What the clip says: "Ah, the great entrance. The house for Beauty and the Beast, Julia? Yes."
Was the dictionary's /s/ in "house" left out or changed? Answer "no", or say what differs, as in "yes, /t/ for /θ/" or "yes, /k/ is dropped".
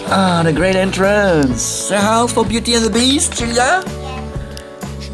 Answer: yes, /s/ is dropped